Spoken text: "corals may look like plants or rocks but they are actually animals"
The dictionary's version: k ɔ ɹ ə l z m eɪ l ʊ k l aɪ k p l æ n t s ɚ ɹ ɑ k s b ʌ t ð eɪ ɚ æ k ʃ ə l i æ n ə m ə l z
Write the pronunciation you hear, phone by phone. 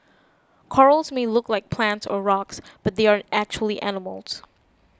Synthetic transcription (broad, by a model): k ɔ ɹ l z m eɪ l ʊ k l aɪ k p l æ n t s ɚ ɹ ɑ k s b ʌ t ð eɪ ɚ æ k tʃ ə l i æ n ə m l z